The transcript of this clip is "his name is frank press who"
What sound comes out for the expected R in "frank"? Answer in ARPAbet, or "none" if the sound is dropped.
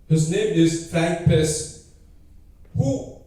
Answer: R